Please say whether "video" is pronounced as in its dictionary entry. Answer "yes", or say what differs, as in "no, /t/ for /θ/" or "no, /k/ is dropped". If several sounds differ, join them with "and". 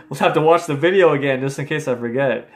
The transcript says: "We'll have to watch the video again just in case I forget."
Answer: yes